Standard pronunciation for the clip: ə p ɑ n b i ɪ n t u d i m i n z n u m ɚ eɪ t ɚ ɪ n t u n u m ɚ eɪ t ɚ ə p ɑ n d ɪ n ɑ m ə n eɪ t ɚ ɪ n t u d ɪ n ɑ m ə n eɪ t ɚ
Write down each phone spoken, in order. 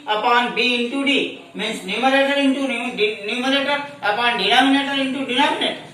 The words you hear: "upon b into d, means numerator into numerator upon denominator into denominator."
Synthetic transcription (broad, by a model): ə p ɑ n b i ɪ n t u d i m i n s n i m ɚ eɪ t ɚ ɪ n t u n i m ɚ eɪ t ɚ ə p ɑ n d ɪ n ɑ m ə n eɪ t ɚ ɪ n t u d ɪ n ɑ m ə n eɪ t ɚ